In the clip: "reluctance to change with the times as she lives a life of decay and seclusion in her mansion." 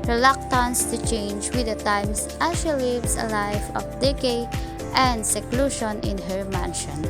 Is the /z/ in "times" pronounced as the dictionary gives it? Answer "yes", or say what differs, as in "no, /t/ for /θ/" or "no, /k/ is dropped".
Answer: no, /s/ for /z/